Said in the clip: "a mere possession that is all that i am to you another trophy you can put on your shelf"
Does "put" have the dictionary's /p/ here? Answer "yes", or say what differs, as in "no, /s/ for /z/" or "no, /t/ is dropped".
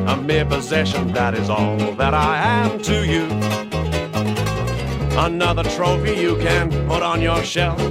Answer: yes